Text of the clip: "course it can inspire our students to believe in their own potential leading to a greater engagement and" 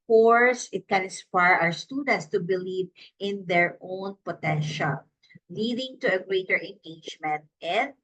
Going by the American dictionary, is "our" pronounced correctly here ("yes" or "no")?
no